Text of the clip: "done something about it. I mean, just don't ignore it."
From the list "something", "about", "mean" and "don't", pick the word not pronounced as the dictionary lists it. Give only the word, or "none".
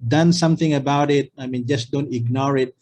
none